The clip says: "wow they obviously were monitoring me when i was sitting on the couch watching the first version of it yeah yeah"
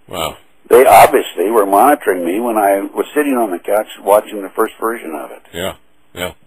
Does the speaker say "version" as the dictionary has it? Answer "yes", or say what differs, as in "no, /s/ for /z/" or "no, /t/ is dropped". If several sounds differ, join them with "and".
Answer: yes